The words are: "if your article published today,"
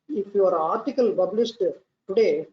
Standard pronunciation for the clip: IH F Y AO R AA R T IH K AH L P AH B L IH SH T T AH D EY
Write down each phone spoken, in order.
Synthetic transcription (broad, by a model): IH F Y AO R AA R T IH K AH L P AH B L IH S T T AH D EY